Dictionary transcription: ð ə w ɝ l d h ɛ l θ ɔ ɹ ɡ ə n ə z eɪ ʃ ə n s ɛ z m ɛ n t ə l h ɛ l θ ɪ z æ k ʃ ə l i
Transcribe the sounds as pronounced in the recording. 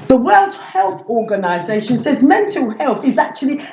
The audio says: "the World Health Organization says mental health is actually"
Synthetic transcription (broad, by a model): ð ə w ɝ l d h ɛ l θ ɔ ɡ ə n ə z eɪ ʃ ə n s ɛ z m ɛ n t ə l h ɛ l θ ɪ z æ k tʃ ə l i